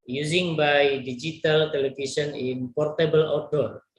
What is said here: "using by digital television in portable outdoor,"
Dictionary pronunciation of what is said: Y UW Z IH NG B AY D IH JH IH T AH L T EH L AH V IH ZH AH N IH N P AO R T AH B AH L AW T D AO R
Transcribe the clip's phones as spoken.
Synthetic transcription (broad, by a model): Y UW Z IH NG B AY D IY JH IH T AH L T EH L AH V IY S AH N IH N P AO R T AH B AH L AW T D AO R